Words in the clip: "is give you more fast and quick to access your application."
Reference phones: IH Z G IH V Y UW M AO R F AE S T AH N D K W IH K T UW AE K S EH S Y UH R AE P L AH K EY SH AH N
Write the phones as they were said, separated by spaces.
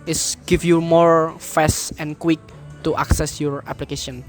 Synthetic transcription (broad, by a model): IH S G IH F Y UW M AO R F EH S AH N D K W IH K T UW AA K S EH S Y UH R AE P L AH K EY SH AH N